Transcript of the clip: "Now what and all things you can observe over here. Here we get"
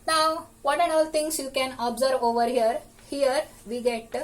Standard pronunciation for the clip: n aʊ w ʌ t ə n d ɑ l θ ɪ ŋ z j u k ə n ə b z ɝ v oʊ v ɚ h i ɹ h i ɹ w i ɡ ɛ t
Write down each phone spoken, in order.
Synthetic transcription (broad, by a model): n aʊ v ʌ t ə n ɑ l t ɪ ŋ s j u k ə n ə b z ɝ v oʊ v ɚ h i ɹ h i ɹ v i ɡ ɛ t